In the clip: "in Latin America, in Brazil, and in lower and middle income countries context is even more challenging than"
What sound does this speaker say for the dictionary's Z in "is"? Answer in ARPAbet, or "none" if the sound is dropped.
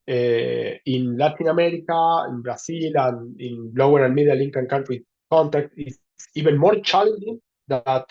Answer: S